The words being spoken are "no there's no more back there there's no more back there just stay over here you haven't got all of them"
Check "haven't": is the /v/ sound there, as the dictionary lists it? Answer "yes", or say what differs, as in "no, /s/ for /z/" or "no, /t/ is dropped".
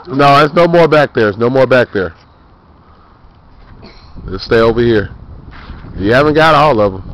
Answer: yes